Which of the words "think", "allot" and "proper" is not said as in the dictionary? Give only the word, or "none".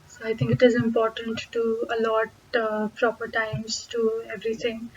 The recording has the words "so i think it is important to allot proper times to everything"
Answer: think